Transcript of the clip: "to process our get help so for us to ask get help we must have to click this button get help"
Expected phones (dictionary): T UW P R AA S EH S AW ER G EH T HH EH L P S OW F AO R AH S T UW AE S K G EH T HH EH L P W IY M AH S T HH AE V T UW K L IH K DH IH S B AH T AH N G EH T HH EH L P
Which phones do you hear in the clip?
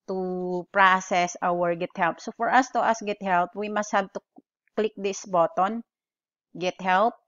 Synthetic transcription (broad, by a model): T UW P R AA S EH S AW ER G EH T HH EH L P S OW F AO R AH S T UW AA S G EH T HH EH L P W IY M AH S T HH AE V T UW K L IH K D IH S B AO T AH N G EH T HH EH L P